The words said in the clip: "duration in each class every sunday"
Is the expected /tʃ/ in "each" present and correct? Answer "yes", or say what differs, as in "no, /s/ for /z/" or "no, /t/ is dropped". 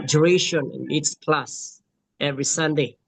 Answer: no, /s/ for /tʃ/